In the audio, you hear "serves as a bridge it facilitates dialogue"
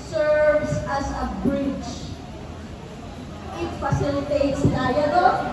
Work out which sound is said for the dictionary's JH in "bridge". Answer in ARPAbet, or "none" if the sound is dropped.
CH